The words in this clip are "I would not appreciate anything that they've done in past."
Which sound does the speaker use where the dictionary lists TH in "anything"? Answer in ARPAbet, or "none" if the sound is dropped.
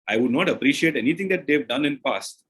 T